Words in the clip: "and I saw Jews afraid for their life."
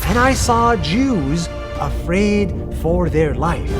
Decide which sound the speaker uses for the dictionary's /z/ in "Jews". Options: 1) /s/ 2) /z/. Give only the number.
2